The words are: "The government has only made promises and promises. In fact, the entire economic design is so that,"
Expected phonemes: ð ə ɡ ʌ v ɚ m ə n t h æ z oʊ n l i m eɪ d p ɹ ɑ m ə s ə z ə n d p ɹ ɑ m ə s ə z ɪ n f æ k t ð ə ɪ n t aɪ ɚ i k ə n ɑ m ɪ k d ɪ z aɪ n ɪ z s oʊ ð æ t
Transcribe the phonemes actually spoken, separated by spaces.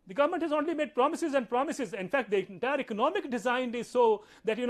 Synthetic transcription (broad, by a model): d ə ɡ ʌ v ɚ m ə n t h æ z oʊ n l i m eɪ d p ɹ ɑ m ə s ə z ə n d p ɹ ɑ m ə s ə z ɪ n f æ k t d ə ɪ t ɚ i k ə n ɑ m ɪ k d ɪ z aɪ n ɪ z s oʊ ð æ t